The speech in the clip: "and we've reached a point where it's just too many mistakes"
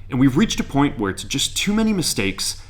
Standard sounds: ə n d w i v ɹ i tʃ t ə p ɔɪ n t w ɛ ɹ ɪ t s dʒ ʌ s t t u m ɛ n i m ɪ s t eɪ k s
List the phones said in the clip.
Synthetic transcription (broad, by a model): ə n w i v ɹ i tʃ t ə p ɔɪ n t w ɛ ɹ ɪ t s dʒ ʌ s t t u m ɛ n i m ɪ s t eɪ k s